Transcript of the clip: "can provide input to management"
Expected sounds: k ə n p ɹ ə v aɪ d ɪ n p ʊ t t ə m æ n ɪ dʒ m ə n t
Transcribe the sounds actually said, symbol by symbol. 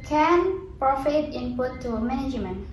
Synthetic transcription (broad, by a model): k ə n p ɹ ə f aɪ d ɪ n p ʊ t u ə m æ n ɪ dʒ m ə n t